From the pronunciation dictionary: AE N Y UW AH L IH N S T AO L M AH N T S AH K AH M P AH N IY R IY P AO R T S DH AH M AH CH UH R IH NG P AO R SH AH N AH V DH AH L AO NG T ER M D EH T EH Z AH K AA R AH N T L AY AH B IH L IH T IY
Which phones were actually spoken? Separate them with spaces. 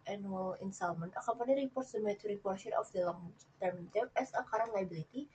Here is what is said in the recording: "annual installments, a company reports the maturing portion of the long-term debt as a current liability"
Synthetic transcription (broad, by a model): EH N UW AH L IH N S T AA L M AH N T AH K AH P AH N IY R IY P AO R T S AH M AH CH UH R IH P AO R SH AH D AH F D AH L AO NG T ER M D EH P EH S AH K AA R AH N L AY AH B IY L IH T IY